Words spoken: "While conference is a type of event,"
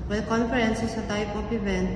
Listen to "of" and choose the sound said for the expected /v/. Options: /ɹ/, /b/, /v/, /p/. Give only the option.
/p/